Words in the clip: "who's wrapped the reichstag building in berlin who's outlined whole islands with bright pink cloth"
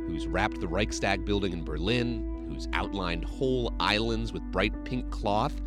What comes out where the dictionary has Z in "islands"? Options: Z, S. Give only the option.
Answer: Z